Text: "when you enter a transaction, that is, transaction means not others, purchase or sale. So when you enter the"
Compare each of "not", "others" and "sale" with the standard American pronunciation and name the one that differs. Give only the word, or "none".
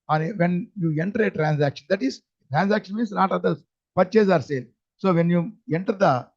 others